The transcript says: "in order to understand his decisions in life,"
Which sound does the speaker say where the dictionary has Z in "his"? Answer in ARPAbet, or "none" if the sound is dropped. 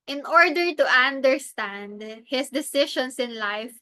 S